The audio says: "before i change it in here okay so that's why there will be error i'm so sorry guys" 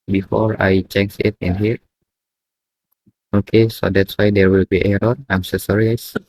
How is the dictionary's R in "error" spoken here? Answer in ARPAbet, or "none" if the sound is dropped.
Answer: L